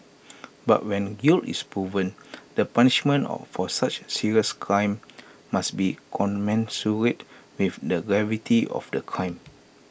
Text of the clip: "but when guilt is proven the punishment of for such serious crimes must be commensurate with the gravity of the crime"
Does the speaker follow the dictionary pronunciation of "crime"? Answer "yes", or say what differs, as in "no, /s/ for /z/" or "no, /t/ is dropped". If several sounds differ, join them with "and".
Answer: yes